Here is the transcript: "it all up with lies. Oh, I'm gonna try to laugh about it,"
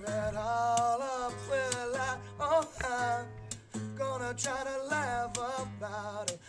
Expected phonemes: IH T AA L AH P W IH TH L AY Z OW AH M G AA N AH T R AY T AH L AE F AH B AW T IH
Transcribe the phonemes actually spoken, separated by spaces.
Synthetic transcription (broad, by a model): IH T AA L AH P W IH L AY OW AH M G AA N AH T R AY T AH L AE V AH B AW T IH